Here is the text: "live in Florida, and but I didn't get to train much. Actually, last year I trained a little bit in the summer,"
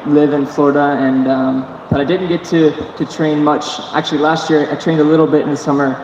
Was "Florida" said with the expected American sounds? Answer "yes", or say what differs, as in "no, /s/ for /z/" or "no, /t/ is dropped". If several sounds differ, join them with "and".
yes